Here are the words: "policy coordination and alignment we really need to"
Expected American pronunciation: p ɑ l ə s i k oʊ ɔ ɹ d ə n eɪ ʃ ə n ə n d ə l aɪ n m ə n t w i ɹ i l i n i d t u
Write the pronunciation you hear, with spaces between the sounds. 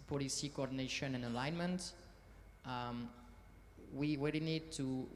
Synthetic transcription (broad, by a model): p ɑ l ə s i k oʊ ɔ ɹ d ə n eɪ ʃ ə n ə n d ə l aɪ n m ə n t w i w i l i n i d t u